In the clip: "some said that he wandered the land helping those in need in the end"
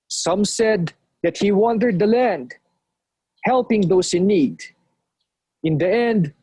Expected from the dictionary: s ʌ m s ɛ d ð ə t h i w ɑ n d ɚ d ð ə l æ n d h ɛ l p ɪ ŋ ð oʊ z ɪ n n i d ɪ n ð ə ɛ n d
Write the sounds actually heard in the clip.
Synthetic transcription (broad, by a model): s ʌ m s ɛ d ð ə t h i w ɑ n d ɚ d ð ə l æ n d h ɛ l p ɪ ŋ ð oʊ s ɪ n n i d ɪ n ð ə ɛ n d